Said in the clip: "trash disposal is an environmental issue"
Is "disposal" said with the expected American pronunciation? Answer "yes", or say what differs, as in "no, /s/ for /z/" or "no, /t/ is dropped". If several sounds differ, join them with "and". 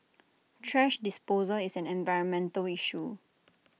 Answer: yes